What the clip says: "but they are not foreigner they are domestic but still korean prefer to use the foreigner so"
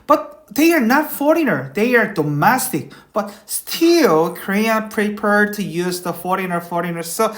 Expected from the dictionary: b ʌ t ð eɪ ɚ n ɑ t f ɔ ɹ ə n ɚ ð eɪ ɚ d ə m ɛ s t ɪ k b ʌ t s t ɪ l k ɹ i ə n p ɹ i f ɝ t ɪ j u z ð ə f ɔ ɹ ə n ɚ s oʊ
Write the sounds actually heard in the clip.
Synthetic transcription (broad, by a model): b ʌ t ð eɪ ɚ n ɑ t f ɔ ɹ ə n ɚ ð eɪ ɚ d ə m ɛ s t ɪ k b ʌ t s t ɪ l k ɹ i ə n p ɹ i p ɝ t ɪ j u z ð ə f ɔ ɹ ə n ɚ s oʊ